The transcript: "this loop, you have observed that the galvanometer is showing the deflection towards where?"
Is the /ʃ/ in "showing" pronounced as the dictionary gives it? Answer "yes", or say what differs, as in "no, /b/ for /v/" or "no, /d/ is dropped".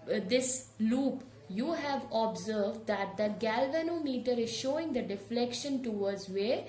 yes